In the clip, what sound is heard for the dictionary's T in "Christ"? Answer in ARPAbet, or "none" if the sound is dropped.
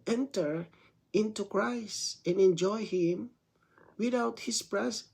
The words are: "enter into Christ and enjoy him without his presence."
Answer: T